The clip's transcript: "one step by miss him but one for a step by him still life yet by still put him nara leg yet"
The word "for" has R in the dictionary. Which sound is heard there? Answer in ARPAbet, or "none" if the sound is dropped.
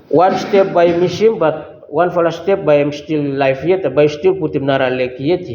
L